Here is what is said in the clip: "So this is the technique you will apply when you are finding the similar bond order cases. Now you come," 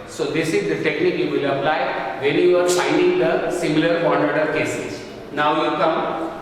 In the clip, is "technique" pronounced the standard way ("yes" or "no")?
yes